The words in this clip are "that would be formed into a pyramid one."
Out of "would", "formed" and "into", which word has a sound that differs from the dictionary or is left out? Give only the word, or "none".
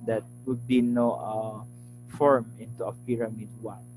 formed